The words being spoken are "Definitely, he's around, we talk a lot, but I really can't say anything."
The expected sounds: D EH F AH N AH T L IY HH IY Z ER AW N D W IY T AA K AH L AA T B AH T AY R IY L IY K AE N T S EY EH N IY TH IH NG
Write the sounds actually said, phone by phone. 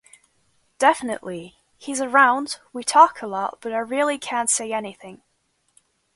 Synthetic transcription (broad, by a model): D EH F AH N AH T L IY HH IY Z ER AW N D W IY T AA K AH L AA T B AH T AY R IY L IY K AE N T S EY EH N IY TH IH NG